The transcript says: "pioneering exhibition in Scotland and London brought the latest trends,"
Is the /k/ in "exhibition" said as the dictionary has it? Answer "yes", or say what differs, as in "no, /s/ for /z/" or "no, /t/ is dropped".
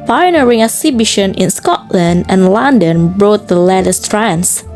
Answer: no, /k/ is dropped